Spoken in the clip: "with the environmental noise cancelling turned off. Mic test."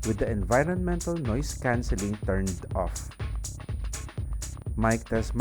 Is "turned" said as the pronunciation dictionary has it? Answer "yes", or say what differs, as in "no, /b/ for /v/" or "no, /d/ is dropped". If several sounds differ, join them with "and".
yes